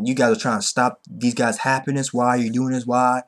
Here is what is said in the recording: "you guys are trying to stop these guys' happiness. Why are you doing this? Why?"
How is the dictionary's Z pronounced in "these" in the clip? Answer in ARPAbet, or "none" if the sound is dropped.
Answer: Z